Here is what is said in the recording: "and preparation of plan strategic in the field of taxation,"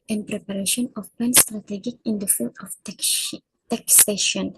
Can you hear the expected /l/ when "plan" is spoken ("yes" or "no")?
no